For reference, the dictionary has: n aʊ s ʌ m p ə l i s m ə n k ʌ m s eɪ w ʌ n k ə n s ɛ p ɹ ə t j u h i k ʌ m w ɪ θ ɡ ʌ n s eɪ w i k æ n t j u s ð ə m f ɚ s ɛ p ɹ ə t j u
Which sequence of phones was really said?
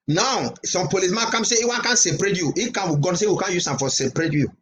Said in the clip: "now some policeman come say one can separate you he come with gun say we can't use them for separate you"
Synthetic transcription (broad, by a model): n aʊ s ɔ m p ə l i s m ə n k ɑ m s eɪ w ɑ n k ə n s ɛ p ɹ ə t j u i k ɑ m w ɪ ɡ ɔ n s eɪ w i k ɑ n j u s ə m f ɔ s ɛ p ɹ ə t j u